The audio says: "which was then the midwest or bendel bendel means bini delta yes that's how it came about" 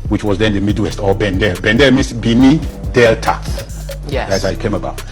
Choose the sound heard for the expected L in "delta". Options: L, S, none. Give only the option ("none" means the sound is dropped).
L